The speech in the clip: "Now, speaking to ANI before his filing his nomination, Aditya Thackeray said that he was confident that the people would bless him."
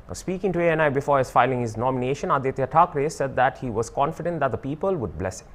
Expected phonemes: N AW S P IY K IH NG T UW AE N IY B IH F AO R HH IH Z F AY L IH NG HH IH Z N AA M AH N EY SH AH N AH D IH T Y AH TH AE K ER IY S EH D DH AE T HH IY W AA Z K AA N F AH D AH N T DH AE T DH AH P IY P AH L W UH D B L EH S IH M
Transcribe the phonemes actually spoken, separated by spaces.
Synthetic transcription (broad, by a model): S P IY K IH NG T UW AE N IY B IH F AO R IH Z F AY L IH NG HH IH Z N AA M AH N EY SH AH N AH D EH T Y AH T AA K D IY S EH D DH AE T HH IY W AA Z K AA N F AH D AH N T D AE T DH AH P IY P AH L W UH D B L EH S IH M